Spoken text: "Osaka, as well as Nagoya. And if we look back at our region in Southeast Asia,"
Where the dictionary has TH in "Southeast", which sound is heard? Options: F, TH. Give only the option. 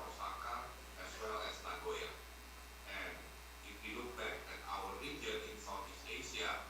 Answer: F